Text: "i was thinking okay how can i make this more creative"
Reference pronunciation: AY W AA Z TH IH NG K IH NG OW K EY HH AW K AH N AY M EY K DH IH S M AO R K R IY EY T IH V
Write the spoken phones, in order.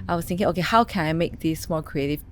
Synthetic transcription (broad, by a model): AY W AA Z TH IH NG K IH NG OW K EY HH AW K AH N AY M EY K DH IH S M AO L K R IY EY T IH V